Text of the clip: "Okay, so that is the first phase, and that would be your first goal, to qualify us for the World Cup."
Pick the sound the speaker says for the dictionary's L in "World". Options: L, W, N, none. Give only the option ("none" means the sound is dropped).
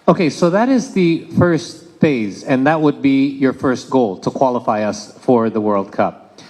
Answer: L